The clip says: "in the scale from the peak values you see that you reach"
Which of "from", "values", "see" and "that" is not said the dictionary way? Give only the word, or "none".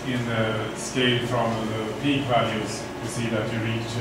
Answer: none